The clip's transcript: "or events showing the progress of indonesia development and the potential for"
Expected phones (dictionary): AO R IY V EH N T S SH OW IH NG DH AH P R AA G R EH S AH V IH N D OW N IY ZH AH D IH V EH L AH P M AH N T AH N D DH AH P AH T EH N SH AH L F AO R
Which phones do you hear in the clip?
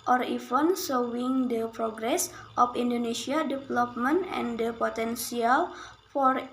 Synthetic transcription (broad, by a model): AO R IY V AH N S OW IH NG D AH P R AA G R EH S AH F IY N D OW N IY S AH D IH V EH L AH P M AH N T AH N D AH P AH T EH N S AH L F AO R